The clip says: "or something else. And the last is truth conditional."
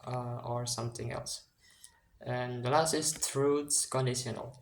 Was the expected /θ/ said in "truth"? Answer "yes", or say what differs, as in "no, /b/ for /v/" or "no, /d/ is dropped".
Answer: no, /s/ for /θ/